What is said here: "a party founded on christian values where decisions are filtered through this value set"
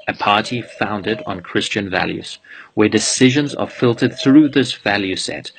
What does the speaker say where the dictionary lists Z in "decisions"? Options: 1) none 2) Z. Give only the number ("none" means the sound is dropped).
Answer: 2